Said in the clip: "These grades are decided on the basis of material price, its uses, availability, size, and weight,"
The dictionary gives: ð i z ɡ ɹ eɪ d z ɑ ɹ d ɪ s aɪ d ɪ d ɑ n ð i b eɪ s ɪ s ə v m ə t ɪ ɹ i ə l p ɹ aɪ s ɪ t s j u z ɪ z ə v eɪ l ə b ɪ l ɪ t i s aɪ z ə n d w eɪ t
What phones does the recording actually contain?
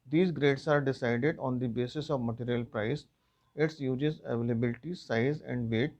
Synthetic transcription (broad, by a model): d i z ɡ ɹ eɪ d s ɑ ɹ d ɪ s aɪ d ɪ d ɑ n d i b eɪ s ɪ s ə v m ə t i ɹ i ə l p ɹ aɪ s ɪ t s j u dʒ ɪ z ə v eɪ l ə b ɪ l ɪ t i s aɪ z ə n d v eɪ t